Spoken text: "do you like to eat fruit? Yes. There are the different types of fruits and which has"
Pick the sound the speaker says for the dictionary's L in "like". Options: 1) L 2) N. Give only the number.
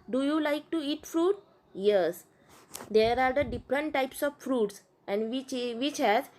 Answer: 1